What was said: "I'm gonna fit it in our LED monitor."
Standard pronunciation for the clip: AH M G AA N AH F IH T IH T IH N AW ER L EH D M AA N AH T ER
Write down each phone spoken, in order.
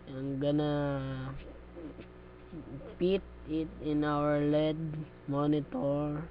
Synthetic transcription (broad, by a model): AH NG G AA N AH P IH T IH T IH N AW ER L EH D M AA N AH T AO